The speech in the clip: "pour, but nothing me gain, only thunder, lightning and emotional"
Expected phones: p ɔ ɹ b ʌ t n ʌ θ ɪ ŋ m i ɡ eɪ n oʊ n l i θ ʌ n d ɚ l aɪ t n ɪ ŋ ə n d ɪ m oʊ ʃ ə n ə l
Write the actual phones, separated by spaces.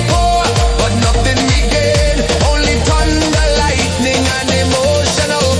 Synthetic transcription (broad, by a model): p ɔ b ʌ t n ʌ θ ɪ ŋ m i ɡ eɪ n oʊ n l i t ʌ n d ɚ l aɪ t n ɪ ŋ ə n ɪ m oʊ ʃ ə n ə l